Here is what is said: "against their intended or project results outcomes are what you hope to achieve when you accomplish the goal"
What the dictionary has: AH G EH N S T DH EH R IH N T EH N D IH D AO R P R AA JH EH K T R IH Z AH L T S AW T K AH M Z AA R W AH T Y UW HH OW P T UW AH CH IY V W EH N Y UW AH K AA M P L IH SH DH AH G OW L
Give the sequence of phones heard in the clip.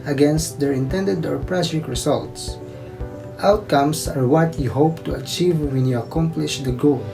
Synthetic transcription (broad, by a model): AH G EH N S T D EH R IH N T EH N D IH D AO R P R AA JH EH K R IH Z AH L T S AW T K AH M S AA R W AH T Y UW HH OW P T UW AH CH IY V W EH N Y UW AH K AA M P L IH SH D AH G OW L